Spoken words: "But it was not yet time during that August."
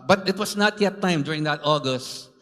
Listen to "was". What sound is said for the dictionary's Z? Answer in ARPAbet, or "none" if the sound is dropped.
S